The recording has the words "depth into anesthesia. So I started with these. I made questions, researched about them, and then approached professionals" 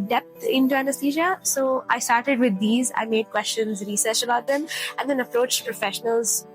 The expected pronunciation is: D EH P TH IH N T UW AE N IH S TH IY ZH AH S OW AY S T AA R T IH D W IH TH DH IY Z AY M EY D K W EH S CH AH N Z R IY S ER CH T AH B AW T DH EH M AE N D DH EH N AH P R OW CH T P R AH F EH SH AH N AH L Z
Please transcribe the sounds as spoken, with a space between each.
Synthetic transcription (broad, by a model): D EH P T IH N T UW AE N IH S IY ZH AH S OW AY S T AA R T IH D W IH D IY Z AY M EY D K W EH S CH AH N Z R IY S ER CH AH B AW T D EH M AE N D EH N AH P R OW CH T P R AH F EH SH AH N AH L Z